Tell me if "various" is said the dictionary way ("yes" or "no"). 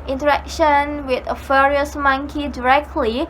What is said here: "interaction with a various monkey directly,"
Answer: no